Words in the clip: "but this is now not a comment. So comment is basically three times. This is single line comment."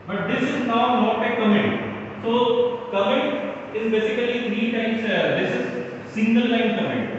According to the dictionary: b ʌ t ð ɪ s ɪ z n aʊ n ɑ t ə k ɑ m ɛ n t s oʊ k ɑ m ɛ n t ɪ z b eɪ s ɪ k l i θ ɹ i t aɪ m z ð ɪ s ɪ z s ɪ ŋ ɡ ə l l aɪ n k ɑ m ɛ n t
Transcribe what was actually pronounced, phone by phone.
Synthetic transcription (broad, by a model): b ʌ t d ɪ s ɪ z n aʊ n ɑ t ə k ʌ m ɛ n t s oʊ k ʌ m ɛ n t ɪ z b eɪ s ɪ k l i t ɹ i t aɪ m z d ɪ s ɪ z s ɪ ŋ ɡ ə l l aɪ n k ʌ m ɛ n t